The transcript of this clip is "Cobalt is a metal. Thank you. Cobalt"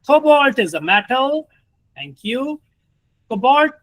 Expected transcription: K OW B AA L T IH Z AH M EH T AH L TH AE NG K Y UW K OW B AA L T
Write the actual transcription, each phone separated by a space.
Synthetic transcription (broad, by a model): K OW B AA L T IH Z AH M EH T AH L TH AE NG K Y UW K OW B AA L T